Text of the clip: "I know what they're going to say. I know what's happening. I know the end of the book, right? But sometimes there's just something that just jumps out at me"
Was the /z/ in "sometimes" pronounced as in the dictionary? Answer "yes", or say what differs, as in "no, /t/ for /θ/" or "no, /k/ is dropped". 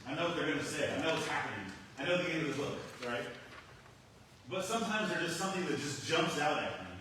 yes